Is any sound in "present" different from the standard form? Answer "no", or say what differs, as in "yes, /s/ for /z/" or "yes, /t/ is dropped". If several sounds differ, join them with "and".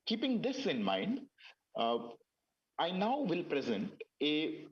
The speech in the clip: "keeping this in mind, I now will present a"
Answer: no